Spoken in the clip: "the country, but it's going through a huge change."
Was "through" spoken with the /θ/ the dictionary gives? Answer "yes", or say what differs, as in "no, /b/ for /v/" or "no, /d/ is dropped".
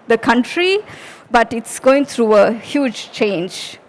no, /t/ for /θ/